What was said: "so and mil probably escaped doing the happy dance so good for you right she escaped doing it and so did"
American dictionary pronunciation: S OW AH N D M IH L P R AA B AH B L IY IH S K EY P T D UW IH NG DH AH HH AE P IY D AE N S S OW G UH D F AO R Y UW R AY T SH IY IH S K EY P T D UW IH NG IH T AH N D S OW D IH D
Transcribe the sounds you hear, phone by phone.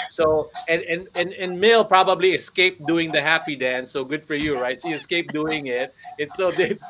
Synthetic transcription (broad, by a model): S OW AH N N M IH L P R AA B AH B L IY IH S K EY P D UW IH NG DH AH HH AE P IY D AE N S S OW G UH D F AO R Y UW R AY T S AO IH S K EY P D UW IH NG IH T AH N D S OW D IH